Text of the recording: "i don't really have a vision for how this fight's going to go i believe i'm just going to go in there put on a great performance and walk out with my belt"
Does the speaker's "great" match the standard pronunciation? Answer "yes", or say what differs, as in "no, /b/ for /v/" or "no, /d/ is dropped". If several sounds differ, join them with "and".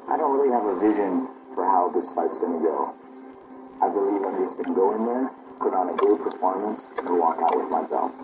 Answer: no, /ɹ/ is dropped